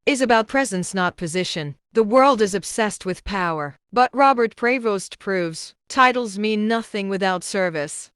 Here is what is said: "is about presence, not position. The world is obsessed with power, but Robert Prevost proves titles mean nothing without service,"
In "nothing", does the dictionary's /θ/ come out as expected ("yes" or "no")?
yes